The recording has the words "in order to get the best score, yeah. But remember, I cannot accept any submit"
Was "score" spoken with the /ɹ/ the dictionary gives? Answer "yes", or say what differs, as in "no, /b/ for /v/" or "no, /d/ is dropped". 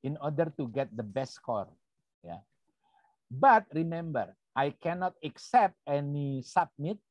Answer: yes